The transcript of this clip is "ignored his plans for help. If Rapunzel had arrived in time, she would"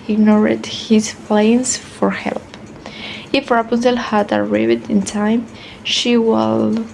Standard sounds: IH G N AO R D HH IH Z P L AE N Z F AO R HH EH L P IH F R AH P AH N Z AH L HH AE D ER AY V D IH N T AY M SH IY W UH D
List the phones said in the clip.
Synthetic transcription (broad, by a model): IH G N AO R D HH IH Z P L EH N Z F AO R HH EH L P IH F R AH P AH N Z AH L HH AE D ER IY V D IH N T AY M SH IY W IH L